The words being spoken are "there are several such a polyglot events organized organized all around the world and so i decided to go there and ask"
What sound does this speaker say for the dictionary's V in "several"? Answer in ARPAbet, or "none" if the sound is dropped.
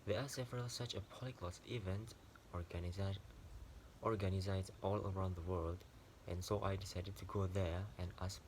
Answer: V